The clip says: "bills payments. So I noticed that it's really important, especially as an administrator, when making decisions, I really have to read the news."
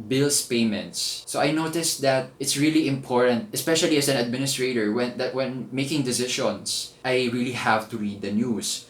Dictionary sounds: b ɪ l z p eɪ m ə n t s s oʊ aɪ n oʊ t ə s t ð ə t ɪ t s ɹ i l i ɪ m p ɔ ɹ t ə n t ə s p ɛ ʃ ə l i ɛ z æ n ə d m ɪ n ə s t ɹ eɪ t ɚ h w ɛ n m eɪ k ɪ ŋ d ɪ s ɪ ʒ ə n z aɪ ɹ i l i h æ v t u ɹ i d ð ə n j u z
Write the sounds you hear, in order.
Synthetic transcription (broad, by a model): b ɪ l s p eɪ m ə n t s s oʊ aɪ n oʊ t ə s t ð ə t ɪ t s ɹ i l i ɪ m p ɔ ɹ t ə n t ə s p ɛ ʃ ə l i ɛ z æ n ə d m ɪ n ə s t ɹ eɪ t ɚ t w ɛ n m eɪ k ɪ ŋ d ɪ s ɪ ʃ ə n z aɪ ɹ i l i h æ v t u ɹ i d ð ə n j u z